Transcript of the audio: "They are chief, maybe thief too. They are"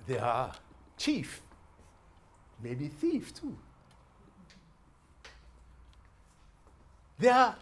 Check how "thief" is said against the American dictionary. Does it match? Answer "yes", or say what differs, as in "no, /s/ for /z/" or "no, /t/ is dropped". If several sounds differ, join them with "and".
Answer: yes